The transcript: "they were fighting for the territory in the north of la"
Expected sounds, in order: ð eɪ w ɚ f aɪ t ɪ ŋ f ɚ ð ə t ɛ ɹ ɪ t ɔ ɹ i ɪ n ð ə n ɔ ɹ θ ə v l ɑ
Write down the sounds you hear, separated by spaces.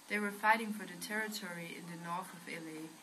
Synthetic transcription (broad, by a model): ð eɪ w ɚ f aɪ t ɪ ŋ f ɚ ð ə t ɛ ɹ ɪ t ɔ ɹ i ɪ n ð ə n ɔ ɹ θ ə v l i